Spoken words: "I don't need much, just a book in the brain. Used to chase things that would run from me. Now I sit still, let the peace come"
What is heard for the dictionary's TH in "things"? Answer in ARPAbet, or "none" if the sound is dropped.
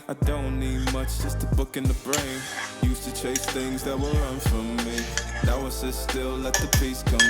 TH